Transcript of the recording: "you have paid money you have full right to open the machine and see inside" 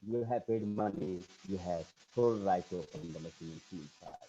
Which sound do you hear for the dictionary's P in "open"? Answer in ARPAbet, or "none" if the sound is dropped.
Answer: none